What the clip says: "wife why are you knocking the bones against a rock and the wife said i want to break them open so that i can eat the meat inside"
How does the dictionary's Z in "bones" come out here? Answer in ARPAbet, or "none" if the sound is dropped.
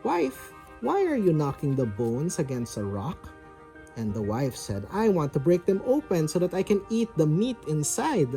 S